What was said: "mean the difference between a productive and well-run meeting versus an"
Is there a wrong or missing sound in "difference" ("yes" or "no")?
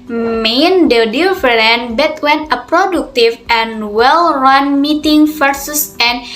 yes